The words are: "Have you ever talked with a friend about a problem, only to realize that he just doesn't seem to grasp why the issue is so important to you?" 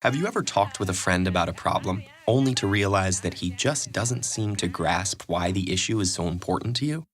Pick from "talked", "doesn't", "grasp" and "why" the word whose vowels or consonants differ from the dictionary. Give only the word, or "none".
none